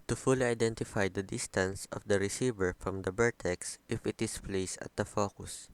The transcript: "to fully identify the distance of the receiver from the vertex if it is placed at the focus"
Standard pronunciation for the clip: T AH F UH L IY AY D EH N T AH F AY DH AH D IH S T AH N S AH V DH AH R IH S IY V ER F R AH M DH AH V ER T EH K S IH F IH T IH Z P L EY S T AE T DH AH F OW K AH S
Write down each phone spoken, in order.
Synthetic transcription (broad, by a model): T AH F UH L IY AY D EH N T AH F AY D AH D IH S T AH N S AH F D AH R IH S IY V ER F R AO M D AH B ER T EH K S IH F IH T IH S P L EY S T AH T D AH F OW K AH S